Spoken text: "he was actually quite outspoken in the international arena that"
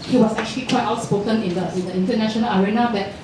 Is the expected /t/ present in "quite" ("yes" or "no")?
yes